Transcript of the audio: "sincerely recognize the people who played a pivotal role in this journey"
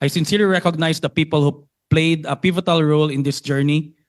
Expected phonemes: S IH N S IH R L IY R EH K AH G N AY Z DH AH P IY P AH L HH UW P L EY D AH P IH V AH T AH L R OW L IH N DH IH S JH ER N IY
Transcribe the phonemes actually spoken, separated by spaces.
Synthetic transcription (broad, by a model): S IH N S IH R L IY R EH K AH G N AY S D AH P IY P AH L HH UW P L EY D AH P IH V AH T AH L R OW L IH N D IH S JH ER N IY